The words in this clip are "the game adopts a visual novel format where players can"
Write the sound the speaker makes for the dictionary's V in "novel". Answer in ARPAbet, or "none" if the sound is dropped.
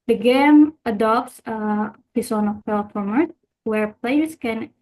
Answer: F